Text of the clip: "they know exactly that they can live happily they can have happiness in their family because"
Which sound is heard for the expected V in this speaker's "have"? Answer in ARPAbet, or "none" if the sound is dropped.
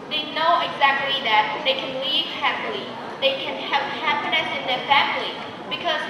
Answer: P